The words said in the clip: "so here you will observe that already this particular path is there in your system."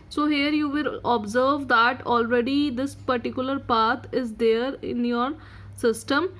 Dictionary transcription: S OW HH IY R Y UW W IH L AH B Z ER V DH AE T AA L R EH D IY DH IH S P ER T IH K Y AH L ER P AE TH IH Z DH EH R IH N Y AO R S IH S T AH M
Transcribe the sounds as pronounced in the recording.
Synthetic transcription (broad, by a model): S OW HH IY R Y UW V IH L AH B Z ER V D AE T AA L R EH D IY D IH S P ER T IH K Y AH L ER P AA T IH Z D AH R IH N Y AO R S IH S T AH M